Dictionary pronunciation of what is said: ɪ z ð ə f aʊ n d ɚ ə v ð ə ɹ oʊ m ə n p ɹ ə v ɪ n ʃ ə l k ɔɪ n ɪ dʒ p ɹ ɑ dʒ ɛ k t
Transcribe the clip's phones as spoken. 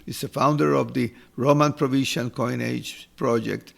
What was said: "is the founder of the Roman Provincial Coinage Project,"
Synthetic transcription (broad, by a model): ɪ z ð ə f aʊ n d ɚ ə v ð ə ɹ oʊ m ə n p ɹ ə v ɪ ʃ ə n k ɔɪ n ɪ dʒ p ɹ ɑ dʒ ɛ k t